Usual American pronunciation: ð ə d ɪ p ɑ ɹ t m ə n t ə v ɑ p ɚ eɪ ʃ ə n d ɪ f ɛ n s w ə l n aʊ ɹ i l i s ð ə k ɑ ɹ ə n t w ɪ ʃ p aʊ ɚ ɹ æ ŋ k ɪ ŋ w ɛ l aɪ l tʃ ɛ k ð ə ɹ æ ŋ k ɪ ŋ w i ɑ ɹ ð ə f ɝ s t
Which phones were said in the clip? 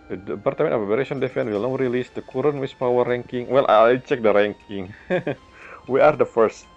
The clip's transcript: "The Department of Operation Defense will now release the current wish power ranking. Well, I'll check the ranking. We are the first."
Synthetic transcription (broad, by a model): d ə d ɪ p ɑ ɹ t m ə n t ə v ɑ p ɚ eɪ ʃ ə n d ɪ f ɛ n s w ə l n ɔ ɹ i l i s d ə k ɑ ɹ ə n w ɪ s p aʊ ɚ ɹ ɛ ŋ k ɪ ŋ w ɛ l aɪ tʃ ɛ k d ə ɹ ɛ ŋ k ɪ ŋ w i ɑ ɹ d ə f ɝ s t